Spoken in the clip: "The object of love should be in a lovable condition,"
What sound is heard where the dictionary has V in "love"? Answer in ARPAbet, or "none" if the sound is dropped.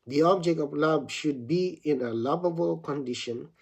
B